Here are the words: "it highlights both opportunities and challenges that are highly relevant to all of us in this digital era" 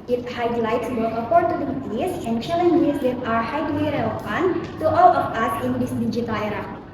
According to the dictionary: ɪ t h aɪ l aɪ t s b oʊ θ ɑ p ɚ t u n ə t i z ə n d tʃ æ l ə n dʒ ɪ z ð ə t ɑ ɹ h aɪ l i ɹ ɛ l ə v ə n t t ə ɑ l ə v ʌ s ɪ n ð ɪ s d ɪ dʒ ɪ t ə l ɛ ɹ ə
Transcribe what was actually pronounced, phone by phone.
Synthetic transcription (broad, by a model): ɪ t h aɪ l aɪ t s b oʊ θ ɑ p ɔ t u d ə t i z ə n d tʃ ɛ l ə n dʒ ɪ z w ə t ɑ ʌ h aɪ w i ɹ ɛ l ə p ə n t t ɑ l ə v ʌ s ɪ n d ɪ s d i dʒ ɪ t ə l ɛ ɹ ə